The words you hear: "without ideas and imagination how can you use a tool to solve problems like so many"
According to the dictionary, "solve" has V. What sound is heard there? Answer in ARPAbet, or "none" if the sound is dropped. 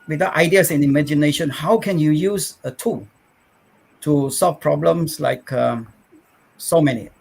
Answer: F